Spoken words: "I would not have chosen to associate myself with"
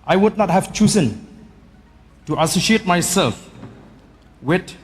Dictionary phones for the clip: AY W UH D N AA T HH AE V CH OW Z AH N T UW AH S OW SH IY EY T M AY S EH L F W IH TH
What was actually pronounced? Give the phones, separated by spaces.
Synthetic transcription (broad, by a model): AY W UH D N AA T HH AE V CH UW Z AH N T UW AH S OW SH IY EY T M AY S EH L F W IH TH